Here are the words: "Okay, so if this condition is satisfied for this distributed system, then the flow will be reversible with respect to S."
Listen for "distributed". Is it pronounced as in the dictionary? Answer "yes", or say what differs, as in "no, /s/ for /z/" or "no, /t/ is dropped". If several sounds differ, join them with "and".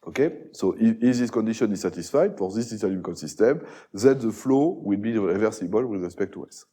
no, /l/ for /ɹ/